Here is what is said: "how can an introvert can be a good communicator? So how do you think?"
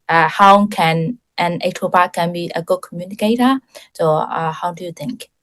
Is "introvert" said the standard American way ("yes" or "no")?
no